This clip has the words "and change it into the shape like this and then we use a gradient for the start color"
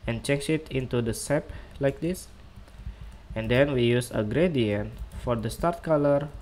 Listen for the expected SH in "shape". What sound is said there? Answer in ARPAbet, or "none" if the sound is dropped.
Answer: S